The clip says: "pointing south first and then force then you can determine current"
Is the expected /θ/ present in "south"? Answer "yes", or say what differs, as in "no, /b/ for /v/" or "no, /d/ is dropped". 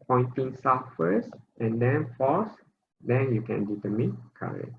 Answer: no, /f/ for /θ/